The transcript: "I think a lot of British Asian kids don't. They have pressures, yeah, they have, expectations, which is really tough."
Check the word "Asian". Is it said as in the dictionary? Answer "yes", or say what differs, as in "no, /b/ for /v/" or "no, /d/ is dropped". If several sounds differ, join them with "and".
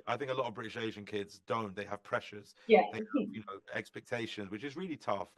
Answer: yes